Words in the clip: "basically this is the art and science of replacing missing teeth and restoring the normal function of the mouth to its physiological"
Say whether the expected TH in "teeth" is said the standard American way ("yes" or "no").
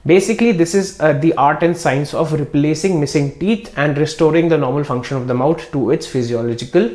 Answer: no